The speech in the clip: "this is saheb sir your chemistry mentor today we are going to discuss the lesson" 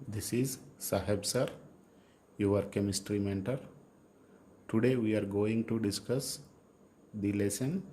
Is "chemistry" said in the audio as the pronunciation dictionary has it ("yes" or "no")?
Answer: yes